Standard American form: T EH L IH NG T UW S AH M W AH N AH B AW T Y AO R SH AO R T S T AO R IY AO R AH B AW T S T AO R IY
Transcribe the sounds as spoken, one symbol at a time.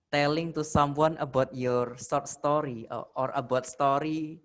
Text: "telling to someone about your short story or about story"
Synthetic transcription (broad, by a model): T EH L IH NG T UW S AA M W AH N AH B AW T Y AO R S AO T S T AO R IY AO R AH B AW T S T AO R IY